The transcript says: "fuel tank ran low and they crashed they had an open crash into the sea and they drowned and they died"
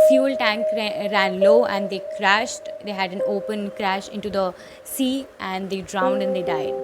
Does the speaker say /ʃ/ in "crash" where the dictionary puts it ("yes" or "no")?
yes